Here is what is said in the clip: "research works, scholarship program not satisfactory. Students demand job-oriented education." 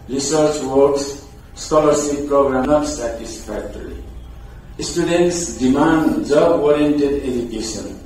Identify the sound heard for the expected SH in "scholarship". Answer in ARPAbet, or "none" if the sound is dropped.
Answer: S